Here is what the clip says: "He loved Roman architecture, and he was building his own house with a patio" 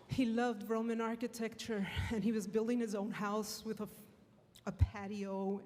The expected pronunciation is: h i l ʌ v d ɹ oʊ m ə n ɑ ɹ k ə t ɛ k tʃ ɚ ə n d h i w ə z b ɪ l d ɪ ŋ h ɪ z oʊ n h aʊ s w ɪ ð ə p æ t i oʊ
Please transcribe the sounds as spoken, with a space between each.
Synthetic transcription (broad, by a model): h i l ʌ v d ɹ oʊ m ə n ɑ ɹ k ə t ɛ k tʃ ɚ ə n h i w ə z b ɪ l d ɪ ŋ h ɪ z oʊ n h aʊ s w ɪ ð ə p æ t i oʊ